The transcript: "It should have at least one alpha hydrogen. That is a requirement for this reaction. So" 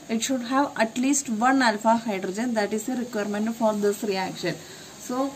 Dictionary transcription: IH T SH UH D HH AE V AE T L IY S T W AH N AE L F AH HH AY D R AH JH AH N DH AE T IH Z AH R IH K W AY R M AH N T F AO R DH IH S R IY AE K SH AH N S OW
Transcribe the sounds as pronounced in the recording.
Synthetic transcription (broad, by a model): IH T SH UH D HH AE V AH T L IY S T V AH N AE L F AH HH AY D R AH JH AH N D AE T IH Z AH R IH K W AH R M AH N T F AO R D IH S R IY AE K SH AH N S OW